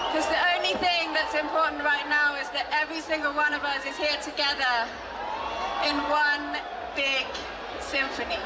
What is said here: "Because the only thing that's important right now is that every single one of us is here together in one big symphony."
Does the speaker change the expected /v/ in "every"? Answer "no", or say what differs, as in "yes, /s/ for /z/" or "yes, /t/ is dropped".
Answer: no